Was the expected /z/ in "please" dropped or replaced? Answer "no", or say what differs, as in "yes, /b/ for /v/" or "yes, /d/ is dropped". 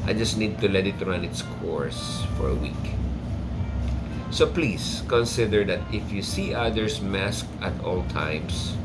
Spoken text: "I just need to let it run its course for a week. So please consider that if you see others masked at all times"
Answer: yes, /s/ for /z/